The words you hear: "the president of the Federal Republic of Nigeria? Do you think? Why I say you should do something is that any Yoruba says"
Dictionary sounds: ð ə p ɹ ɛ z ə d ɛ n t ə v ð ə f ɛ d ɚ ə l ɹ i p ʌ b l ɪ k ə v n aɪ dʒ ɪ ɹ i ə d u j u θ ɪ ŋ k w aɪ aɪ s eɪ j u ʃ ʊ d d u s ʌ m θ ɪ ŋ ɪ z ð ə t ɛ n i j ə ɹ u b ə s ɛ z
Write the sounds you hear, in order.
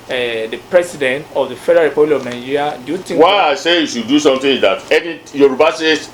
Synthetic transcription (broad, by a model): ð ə p ɹ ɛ s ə d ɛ n t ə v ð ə f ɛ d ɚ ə ɹ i p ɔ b l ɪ k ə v n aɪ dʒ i ɹ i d j u t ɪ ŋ w aɪ aɪ s eɪ j u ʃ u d d u s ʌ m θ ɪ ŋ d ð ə t ɛ n i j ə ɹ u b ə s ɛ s